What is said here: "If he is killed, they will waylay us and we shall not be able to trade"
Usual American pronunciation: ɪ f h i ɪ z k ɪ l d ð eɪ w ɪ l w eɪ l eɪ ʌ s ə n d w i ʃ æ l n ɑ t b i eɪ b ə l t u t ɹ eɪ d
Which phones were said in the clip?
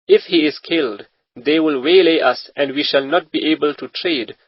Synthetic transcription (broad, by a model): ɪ f h i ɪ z k ɪ l d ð eɪ w ɪ l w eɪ l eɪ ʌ s ə n d w i ʃ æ l n ɑ t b i eɪ b ə l t u t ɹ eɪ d